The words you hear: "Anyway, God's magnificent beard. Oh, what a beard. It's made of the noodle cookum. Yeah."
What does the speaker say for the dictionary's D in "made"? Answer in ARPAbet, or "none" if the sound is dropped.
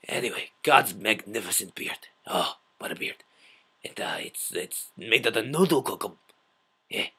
none